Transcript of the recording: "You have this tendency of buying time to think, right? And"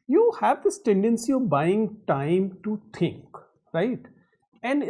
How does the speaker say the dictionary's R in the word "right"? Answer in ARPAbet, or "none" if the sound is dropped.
R